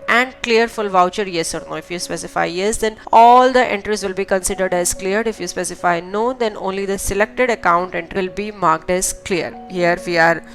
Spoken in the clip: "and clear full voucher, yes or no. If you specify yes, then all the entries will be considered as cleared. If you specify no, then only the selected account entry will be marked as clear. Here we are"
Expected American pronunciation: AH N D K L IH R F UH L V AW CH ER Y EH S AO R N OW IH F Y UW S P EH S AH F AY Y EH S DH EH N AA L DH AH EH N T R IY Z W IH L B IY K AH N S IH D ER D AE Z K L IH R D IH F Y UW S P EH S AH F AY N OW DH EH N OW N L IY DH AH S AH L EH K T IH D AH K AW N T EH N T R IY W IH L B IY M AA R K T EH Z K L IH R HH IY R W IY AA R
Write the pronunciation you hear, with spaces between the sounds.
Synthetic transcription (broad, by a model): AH N D K L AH R F UH L V AW CH ER Y EH S AO R N OW IH F Y UW S P EH S AH F AY Y EH S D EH N AA L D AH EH N T R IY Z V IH L B IY K AH N S IH D ER D AE Z K L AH R D IH F Y UW S P EH S AH F AY N OW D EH N OW N L IY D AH S AH L EH K T IH D AH K AW N T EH N T R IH L B IY M AA R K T EH Z K L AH R HH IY R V IY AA R